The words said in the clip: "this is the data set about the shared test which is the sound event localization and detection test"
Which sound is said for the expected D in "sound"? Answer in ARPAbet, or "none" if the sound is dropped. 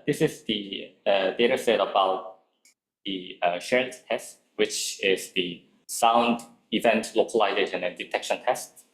D